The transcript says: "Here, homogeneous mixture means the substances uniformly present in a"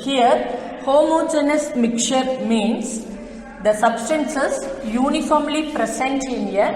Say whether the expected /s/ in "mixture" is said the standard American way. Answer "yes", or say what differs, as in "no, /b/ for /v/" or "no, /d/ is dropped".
no, /s/ is dropped